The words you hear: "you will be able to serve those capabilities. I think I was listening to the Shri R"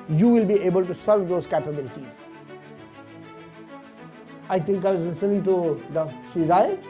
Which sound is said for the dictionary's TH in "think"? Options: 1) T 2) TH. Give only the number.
1